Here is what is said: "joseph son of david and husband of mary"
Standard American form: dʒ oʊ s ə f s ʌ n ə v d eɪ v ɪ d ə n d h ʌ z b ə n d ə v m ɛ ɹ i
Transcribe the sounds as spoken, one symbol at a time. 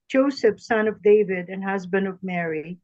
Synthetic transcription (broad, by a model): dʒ oʊ s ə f s ʌ n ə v d eɪ v ɪ d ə n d h ʌ z b ə n d ə v m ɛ ɹ i